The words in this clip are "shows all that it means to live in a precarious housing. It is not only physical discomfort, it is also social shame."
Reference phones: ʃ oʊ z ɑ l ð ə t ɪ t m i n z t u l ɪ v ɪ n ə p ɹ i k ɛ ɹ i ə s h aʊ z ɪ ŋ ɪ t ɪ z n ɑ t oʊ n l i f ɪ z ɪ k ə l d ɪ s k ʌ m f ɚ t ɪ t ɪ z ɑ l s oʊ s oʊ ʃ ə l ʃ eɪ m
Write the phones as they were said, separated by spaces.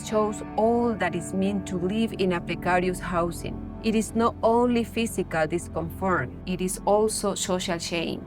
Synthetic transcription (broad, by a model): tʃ oʊ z ɑ l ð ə t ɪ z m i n t u l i v ɪ n ə p ɹ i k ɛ ɹ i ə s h aʊ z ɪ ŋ ɪ t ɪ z n ɑ t oʊ n l i f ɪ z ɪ k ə l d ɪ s k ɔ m f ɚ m ɪ t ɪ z ɑ l s oʊ s oʊ ʃ ə l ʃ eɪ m